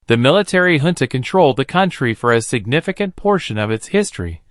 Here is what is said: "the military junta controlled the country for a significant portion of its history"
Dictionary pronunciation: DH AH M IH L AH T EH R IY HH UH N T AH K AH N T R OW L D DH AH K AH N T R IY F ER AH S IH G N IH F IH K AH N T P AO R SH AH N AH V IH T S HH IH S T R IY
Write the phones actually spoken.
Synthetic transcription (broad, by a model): DH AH M IH L AH T EH R IY HH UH N T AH K AH N T R OW L D DH AH K AH N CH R IY F ER AH S IH G N IH F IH K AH N P AO R SH AH N AH V IH T S HH IH S T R IY